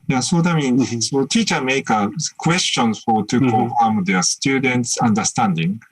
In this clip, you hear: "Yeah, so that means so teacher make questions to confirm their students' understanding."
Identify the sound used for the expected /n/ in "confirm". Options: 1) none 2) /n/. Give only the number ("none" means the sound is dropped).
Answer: 1